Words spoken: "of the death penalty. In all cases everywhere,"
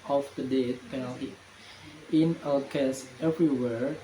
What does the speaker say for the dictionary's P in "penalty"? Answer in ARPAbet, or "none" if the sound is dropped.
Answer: P